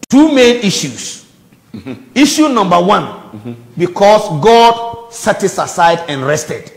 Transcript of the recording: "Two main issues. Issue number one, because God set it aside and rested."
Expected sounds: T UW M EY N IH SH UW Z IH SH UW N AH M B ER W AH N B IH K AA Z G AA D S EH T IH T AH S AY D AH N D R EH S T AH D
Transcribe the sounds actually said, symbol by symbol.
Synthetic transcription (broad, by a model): T UW M EY N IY SH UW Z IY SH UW N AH M B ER W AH N B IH K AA S G AA D S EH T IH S AH S AY D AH N R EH S T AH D